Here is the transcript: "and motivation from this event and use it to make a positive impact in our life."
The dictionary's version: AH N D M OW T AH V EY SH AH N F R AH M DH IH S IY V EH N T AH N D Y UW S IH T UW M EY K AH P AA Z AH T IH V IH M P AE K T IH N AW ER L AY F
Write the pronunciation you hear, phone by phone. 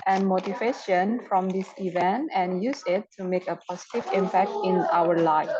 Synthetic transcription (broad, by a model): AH N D M OW T AH V EY SH AH N F R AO M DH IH S IY V EH N T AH N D Y UW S IH T UW M EY K AH P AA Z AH T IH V IH M P AE K T IH N AW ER L AY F